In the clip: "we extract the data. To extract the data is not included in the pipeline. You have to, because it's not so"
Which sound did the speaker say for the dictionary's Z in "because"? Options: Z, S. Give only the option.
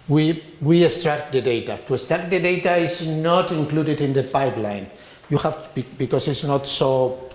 S